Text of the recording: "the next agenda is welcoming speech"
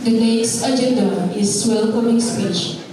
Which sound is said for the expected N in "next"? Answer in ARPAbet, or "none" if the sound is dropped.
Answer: L